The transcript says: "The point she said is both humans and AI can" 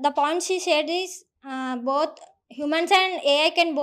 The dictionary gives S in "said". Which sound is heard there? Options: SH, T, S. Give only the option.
SH